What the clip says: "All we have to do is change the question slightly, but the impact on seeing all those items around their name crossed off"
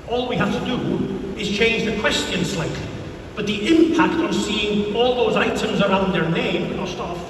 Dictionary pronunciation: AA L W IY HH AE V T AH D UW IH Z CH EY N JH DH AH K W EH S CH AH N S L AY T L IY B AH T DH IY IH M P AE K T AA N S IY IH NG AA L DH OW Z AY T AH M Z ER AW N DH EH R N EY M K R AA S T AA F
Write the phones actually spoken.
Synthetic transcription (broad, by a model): AA L W IY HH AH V T AH D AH IH Z CH EY N JH DH AH K W EH S CH AH N S L AY T L IY B AH T DH IY IH M P AE K T N S IY IH NG AA L DH OW Z AY T AH M Z ER AW N DH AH R N EY M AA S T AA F